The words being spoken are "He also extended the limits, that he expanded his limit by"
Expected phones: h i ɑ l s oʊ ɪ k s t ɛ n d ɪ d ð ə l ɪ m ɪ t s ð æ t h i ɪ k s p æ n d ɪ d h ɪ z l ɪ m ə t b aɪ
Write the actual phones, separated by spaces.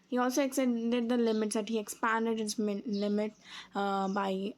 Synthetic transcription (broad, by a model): h i ɑ l s oʊ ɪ k s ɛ d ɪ d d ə l ɪ m ɪ t s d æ t h i ɪ k s p æ n d ɪ d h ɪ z l ɪ m ə t b aɪ